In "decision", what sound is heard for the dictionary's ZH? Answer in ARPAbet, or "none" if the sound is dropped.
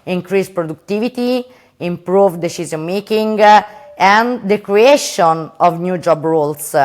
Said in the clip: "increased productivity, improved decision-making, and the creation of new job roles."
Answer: Z